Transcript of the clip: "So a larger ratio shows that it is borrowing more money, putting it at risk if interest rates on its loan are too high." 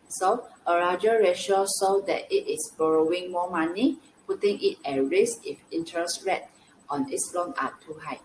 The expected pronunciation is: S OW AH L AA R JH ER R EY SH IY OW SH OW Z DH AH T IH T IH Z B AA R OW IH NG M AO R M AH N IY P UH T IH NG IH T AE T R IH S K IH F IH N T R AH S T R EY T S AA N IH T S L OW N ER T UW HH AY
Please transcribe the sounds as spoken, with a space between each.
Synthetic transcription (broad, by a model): S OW AH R AA JH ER R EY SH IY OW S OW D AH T IH T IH S B AA R OW IH NG M AO M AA N IY P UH T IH NG IH T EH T R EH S IH F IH N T R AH S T R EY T AA N IH T S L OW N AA T UW HH AY